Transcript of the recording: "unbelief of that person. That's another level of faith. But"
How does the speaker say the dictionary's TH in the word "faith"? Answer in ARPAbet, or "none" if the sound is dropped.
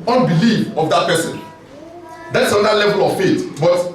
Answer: T